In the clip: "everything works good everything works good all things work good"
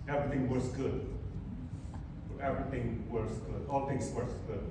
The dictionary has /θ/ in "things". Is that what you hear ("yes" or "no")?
no